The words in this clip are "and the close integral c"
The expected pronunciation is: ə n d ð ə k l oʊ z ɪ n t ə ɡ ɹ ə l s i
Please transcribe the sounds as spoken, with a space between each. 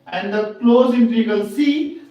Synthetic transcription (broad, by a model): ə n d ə k l oʊ z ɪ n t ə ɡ ə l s i